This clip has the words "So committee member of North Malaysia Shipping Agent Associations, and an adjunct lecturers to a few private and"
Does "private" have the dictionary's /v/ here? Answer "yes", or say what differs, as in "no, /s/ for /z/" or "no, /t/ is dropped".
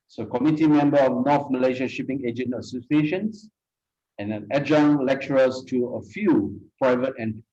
yes